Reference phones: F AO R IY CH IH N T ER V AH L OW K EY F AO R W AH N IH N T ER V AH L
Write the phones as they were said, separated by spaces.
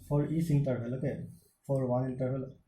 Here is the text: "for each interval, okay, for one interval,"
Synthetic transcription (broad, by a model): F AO R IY S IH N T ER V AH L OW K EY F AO R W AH IH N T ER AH L